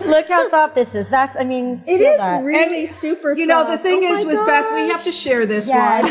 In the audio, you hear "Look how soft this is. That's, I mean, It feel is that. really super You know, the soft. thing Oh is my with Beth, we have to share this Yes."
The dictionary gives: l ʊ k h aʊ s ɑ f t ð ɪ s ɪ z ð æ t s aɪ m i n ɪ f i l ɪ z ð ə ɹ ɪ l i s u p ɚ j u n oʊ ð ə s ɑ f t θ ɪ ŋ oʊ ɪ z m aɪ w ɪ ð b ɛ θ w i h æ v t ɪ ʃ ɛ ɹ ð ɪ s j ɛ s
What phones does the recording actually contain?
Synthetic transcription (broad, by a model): l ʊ k h aʊ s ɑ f ð ɪ s ɪ z ð æ t s aɪ m i n ɪ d ɪ z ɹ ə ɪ l i s u p ɚ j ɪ n oʊ ð ə θ ɪ ŋ ɪ z w ɪ ð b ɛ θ w i h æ f t ɪ ʃ ɛ ɹ ð ɪ s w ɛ